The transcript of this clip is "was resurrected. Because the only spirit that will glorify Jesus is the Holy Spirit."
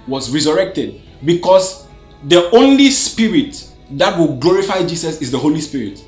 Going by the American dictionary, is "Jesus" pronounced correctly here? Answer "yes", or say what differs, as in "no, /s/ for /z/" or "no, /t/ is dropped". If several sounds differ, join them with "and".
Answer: no, /s/ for /z/